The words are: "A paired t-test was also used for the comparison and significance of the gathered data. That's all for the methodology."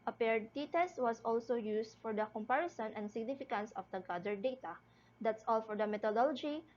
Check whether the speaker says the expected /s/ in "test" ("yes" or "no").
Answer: yes